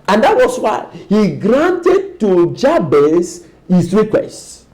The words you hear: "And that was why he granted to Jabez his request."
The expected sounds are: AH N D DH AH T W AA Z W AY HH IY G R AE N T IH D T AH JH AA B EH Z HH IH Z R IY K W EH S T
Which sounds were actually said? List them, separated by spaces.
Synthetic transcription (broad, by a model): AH N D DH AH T W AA S W AY HH IY G R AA N T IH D T AH JH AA B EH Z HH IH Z R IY K W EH S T